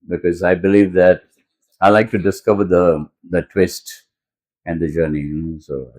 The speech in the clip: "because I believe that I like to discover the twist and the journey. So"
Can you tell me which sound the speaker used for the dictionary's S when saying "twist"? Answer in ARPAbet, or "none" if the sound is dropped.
S